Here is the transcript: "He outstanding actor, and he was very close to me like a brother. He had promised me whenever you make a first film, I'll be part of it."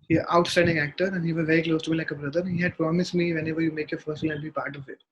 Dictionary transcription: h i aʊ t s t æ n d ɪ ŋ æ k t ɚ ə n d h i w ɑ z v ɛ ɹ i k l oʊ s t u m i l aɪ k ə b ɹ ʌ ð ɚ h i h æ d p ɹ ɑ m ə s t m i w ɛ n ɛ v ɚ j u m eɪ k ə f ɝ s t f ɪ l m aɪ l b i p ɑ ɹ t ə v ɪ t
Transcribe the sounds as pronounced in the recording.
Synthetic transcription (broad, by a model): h i aʊ t s t æ n d ɪ ŋ æ k t ɚ ə n d h i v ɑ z v ɛ ɹ i k l oʊ s t u m i l aɪ k ə b ɹ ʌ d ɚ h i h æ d p ɹ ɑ m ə s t m i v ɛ n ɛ v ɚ j u m eɪ k ə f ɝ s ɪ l aɪ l b i p ɑ ɹ t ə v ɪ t